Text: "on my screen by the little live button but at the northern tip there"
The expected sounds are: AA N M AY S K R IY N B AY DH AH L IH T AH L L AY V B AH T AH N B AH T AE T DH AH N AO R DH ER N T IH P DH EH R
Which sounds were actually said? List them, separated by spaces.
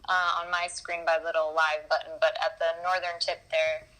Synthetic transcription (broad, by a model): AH N M AY S K R IY N B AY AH L IH T L L AY V B AH T N B AH T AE T DH AH N AO R DH ER N T IH P DH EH R